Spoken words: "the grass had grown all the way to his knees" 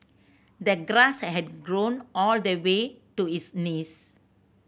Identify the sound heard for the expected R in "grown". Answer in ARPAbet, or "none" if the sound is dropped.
R